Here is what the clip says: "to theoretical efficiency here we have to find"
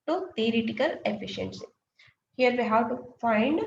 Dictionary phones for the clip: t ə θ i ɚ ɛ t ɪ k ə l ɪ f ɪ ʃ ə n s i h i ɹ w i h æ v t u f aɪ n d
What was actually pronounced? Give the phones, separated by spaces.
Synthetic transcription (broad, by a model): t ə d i t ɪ k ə l ɪ f ɪ ʃ ə n s i h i ɹ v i h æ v t u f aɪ n d